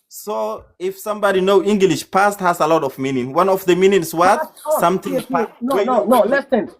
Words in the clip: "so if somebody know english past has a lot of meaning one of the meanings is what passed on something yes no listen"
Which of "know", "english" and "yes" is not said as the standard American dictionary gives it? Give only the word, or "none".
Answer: yes